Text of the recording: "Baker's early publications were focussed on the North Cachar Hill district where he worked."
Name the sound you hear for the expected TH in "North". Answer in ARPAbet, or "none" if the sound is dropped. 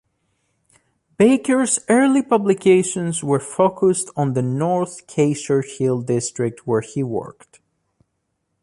TH